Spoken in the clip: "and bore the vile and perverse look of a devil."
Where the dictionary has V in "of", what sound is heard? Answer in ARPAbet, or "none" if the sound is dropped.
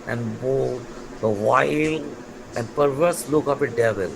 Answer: P